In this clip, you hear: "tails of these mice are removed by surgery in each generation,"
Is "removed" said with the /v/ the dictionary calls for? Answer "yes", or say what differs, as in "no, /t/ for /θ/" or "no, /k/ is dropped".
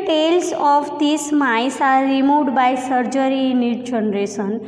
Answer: no, /v/ is dropped